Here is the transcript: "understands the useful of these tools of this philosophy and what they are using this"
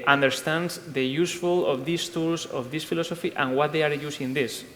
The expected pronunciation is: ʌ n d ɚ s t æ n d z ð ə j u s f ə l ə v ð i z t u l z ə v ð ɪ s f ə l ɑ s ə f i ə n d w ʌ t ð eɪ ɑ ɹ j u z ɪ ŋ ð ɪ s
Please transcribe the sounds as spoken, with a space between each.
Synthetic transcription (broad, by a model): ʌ n d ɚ s t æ n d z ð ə j u s f ə l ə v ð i s t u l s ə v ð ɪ s f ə l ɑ s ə f i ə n w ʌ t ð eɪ ɑ ɹ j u s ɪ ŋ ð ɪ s